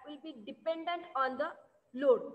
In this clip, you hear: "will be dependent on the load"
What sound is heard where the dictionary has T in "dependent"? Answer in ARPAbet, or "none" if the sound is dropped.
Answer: T